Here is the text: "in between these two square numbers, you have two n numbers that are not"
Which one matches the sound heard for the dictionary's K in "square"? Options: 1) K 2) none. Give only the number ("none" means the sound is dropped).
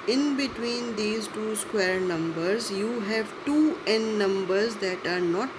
1